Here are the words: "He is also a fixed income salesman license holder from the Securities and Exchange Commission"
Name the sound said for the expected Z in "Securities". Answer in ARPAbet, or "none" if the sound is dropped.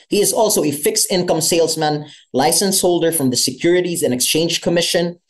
Z